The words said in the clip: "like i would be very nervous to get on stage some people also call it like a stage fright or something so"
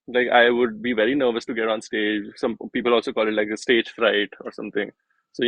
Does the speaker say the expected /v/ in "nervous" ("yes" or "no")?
yes